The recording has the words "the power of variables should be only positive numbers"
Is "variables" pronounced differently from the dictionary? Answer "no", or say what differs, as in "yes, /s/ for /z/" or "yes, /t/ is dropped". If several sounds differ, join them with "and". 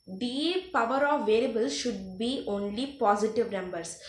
yes, /l/ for /ɹ/